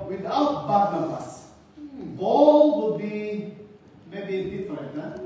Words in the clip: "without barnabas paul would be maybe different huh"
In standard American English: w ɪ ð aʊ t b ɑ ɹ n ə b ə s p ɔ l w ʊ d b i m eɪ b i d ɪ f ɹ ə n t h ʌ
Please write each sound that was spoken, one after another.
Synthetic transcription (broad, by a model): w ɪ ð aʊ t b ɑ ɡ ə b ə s b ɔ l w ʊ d b i m eɪ b i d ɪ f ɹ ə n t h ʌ